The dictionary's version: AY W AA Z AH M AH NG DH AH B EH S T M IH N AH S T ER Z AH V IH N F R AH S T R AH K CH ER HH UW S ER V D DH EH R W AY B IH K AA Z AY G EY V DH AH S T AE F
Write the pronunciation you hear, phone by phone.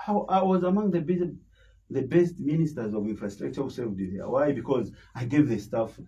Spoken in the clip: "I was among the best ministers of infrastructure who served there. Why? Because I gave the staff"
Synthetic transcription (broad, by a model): AY W AA Z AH M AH NG DH AH B EH S T M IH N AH S T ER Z AH V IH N F R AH S T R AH K CH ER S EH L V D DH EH W AY B IH K AA Z AY G EY V DH AH S T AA F